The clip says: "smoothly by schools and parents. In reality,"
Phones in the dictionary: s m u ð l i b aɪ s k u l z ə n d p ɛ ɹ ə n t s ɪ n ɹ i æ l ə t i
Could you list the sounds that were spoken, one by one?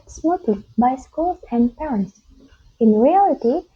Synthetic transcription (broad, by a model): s m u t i b aɪ s k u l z ə n d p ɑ ə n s ɪ n ɹ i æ l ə t i